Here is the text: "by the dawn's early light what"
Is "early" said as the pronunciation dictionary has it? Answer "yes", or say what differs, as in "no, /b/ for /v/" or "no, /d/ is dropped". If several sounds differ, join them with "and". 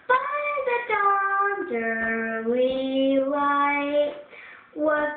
no, /w/ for /l/